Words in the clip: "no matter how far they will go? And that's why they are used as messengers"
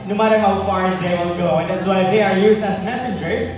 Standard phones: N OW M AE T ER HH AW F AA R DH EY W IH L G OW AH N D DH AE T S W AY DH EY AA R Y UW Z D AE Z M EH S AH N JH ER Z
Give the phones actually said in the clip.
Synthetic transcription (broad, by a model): N OW M AE T ER HH AW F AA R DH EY W IH L G OW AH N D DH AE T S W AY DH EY AA R Y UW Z AE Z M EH S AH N JH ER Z